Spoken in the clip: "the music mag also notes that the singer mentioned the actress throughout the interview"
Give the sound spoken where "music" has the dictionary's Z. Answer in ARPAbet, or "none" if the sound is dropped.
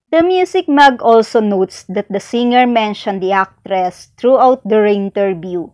S